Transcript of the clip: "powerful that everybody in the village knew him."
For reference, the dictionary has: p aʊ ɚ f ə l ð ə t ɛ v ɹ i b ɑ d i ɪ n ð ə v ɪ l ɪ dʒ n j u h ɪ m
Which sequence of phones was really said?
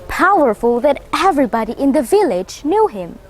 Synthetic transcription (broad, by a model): p aʊ ɚ f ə l ð ə t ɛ v ɹ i b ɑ d i ɪ n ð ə v ɪ l ɪ dʒ n j u h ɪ m